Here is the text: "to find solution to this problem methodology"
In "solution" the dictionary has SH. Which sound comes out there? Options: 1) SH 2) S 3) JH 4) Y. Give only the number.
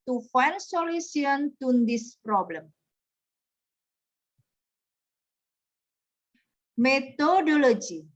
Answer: 2